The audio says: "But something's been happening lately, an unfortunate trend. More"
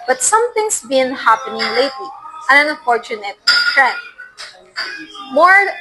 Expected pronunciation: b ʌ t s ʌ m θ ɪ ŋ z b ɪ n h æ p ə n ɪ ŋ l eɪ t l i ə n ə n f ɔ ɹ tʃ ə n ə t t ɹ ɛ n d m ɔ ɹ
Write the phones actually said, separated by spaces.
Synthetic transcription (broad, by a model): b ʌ t s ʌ m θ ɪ ŋ s b ɪ n h æ p ə n ɪ ŋ l eɪ t l i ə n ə n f ɔ ɹ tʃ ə n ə t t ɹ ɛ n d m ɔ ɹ